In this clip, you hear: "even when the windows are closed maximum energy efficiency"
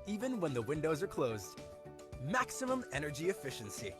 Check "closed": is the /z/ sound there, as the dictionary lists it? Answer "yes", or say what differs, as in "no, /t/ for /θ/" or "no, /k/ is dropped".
yes